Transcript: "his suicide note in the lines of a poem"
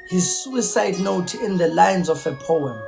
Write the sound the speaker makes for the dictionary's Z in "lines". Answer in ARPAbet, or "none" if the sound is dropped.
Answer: Z